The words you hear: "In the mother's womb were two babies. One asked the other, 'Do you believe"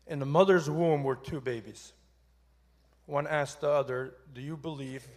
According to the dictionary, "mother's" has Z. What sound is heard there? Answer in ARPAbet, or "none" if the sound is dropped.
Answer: Z